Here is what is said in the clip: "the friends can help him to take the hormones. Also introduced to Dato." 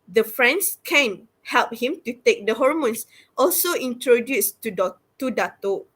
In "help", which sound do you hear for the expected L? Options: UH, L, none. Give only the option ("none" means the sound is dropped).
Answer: L